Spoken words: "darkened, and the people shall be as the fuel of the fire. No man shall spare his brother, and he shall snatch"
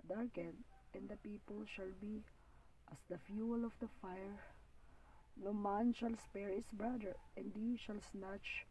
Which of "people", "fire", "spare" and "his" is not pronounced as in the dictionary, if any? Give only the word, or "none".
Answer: his